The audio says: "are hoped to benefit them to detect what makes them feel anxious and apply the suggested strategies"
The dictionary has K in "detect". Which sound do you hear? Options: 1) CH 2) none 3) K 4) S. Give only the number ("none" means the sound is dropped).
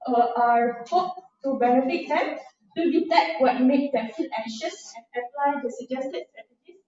2